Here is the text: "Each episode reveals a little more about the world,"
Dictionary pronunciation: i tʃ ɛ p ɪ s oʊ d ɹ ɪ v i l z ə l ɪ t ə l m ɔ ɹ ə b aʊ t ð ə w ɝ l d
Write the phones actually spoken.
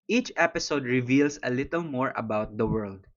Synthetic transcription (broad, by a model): i tʃ ɛ p ɪ s oʊ d ɹ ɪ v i l s ə l ɪ t ə l m ɔ ɹ ə b aʊ t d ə w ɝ l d